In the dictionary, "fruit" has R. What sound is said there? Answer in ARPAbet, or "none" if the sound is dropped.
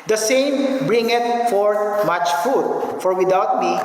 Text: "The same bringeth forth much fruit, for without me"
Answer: none